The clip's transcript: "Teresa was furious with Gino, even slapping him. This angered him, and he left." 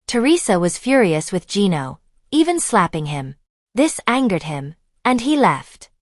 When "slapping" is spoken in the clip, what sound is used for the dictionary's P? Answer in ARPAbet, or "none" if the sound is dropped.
P